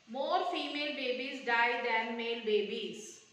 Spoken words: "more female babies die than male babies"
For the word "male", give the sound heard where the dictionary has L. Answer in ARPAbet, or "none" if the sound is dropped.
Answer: L